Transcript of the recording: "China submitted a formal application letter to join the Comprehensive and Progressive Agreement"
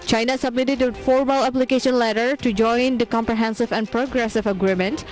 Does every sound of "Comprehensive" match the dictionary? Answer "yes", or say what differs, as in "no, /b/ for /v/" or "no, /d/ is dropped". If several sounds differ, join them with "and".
yes